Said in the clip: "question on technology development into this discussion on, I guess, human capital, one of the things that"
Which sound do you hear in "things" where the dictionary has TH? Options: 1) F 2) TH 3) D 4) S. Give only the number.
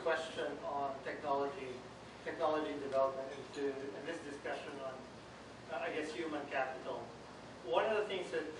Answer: 2